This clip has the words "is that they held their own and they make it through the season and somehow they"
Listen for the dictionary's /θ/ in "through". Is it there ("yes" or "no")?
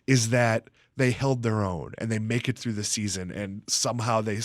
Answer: yes